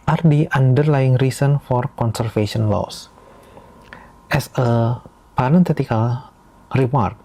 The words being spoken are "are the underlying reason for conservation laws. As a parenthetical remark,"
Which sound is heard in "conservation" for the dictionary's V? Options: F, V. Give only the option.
F